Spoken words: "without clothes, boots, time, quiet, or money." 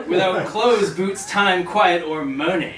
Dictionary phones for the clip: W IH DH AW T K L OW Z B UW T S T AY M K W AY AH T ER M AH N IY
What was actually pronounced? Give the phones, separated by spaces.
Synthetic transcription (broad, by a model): W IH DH AW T K L OW Z B UW T S T AY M K W AY AH T ER M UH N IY